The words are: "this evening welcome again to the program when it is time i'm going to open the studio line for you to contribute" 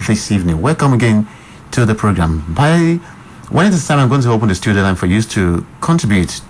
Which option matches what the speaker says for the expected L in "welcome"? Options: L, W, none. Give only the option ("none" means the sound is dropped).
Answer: L